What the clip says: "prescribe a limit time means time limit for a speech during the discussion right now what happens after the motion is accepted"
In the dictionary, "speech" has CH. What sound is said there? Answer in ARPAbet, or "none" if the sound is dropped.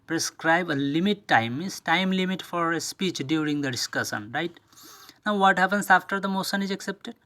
CH